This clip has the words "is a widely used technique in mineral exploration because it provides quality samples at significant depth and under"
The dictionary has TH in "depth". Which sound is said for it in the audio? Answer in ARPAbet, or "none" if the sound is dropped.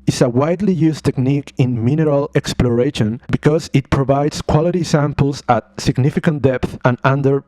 TH